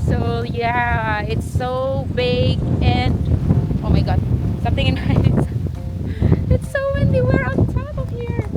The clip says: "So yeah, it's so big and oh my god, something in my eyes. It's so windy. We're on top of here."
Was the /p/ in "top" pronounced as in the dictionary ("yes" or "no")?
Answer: no